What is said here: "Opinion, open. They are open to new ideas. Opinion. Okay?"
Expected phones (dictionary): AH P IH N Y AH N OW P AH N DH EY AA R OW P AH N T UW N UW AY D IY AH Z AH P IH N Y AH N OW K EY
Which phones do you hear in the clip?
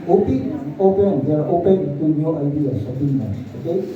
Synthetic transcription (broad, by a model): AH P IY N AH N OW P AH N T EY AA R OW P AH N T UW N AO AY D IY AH S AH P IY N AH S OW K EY